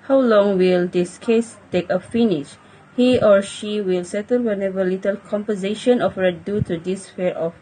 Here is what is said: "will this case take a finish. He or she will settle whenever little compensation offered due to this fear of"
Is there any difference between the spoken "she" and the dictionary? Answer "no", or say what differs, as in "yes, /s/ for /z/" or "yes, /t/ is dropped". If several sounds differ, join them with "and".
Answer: no